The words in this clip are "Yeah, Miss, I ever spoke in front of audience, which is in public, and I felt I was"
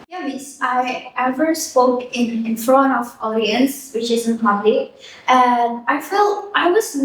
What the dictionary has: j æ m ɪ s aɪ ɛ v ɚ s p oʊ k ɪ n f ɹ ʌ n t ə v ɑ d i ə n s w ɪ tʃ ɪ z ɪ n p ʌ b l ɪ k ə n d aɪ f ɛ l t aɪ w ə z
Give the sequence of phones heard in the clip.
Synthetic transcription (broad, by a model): j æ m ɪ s aɪ ɛ v ɚ s p oʊ k ɪ n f ɹ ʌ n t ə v ɑ d i ə n s w ɪ tʃ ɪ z ɪ n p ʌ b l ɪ ə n aɪ f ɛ l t aɪ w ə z